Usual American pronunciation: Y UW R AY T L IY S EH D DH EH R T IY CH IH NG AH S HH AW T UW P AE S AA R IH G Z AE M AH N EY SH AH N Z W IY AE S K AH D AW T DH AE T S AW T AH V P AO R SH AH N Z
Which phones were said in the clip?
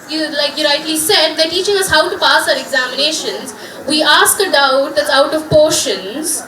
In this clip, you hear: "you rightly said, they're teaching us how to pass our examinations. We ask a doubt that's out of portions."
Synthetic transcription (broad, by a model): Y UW L AY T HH IY S EH D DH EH T IY CH IH NG AH S HH AW T UW P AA S AA R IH G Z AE M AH N EY SH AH N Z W IY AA S K AH D AW T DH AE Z AW T AH V P AO R SH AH N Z